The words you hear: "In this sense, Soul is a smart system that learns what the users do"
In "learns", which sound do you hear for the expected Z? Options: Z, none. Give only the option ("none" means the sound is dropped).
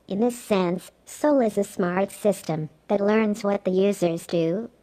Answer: Z